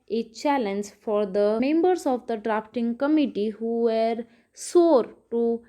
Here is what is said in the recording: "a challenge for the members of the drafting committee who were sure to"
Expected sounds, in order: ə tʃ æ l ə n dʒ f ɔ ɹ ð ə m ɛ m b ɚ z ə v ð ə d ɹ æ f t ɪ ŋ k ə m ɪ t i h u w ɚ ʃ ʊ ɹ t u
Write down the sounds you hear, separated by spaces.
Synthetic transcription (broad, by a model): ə tʃ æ l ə n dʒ f ɔ ɹ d ə m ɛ m b ɚ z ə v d ə d ɹ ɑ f t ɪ ŋ k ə m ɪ t i h u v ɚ s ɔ ɹ t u